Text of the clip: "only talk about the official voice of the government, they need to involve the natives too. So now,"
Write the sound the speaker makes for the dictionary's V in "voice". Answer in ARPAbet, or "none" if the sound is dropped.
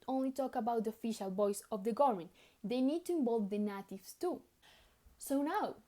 B